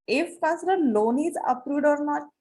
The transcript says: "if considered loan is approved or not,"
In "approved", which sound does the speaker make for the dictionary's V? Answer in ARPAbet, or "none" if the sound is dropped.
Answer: none